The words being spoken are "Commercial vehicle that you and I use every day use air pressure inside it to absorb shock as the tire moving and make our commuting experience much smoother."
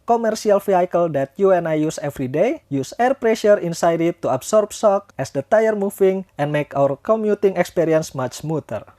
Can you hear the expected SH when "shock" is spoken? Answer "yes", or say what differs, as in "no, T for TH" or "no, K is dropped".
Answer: no, S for SH